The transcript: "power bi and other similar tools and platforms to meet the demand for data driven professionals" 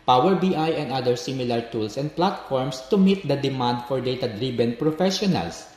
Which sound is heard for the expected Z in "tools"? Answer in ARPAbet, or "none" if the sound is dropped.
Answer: S